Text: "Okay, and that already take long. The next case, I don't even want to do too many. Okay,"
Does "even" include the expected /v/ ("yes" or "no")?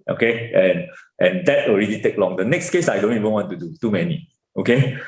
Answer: yes